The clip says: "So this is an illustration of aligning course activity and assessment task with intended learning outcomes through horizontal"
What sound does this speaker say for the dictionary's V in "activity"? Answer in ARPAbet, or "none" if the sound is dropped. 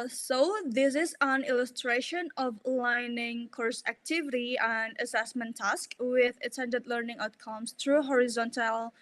V